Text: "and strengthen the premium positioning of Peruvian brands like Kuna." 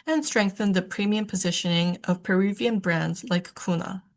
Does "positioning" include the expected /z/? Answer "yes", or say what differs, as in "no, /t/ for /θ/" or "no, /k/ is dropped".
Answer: yes